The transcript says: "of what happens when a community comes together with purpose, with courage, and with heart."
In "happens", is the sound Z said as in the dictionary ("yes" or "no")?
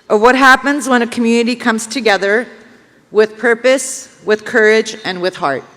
yes